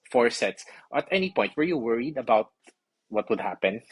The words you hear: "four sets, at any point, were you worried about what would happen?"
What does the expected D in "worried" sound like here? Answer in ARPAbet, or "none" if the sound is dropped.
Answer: D